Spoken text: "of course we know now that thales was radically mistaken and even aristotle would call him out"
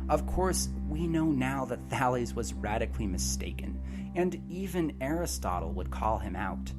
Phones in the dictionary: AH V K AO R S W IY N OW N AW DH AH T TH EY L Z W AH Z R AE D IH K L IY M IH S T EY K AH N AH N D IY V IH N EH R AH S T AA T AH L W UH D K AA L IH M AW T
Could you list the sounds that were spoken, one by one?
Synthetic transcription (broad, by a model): AH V K AO R S W IY N OW N AW DH AH T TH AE L Z W AH Z R AE D IH K L IY M IH S T EY K AH N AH N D IY V IH N EH R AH S T AA T L W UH D K AA L IH M AW T